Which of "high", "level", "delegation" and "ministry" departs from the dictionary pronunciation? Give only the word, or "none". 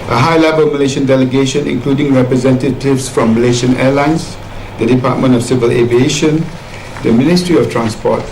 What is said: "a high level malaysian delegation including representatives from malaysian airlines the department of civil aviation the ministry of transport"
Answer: none